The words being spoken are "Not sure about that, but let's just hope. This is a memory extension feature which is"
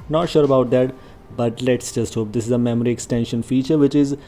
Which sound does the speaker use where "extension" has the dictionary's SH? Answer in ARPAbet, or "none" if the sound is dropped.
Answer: SH